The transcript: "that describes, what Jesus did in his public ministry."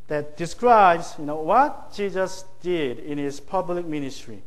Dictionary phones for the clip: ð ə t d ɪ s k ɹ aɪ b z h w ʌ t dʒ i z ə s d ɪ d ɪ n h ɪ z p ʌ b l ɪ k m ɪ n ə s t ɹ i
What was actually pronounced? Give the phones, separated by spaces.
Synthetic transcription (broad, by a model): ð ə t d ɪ s k ɹ aɪ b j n w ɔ t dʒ i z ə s d ɪ d ɪ n h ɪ s p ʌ b l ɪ k m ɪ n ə s t ɹ i